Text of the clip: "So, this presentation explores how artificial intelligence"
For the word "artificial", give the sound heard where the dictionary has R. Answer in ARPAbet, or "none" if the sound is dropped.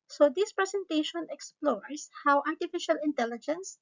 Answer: R